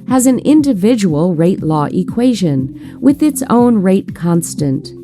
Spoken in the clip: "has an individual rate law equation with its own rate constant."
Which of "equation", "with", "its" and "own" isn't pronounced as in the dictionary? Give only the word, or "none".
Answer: none